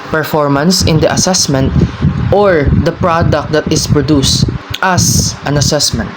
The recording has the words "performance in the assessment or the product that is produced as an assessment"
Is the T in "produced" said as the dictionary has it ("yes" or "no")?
yes